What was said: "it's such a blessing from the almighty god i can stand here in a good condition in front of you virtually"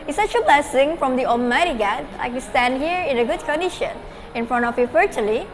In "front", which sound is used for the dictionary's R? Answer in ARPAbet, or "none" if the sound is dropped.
R